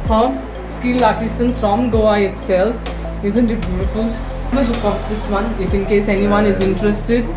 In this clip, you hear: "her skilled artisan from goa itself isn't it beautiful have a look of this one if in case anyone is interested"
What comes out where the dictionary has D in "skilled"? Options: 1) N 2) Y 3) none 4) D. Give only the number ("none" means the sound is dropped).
3